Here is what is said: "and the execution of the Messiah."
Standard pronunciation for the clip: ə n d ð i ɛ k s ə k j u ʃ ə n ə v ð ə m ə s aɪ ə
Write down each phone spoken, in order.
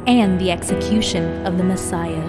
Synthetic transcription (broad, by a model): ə n ð i ɛ k s ə k j u ʃ ə n ə v ð ə m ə s aɪ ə